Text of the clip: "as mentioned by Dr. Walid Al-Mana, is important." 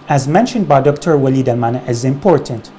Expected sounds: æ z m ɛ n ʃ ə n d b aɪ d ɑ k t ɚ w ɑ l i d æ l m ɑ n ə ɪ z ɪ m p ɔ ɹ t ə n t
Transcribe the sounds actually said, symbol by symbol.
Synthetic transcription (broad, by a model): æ z m ɛ n ʃ ə n d b aɪ d ɑ k t ɚ w ɑ l i d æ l m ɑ n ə ɪ z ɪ m p ɔ ɹ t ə n t